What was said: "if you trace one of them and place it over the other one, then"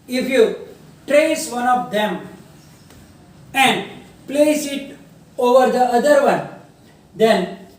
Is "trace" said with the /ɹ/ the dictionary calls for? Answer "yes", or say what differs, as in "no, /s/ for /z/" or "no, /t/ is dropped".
yes